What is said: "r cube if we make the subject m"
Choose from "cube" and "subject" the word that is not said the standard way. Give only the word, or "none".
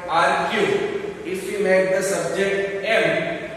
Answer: cube